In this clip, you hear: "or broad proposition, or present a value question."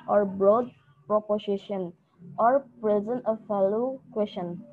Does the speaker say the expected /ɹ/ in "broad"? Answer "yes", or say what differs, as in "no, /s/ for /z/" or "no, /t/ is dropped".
yes